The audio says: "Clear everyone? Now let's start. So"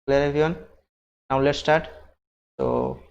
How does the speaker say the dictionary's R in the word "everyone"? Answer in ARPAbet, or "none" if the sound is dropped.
none